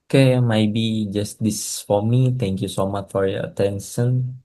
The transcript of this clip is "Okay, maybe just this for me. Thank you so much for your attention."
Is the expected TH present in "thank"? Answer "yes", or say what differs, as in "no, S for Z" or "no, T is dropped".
no, T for TH